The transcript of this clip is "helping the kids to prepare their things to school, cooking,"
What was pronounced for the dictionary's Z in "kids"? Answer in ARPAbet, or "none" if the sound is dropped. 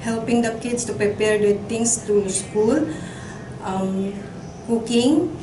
S